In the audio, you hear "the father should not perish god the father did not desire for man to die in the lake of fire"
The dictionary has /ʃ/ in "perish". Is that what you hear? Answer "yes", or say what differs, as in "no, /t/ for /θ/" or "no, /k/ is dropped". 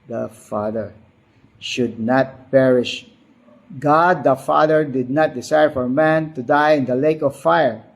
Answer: yes